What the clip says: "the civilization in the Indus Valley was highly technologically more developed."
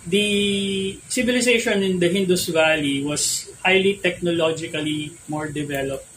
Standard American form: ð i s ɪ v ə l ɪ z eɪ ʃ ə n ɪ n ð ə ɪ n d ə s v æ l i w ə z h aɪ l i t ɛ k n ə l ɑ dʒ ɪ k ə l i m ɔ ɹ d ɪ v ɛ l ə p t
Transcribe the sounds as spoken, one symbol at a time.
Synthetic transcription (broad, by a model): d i s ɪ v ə l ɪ s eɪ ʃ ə n ɪ n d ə ɪ n d ə s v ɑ l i w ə s h aɪ l i t ɛ k n ə l ɑ dʒ ɪ k ə l i m ɔ ɹ d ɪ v ɛ l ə p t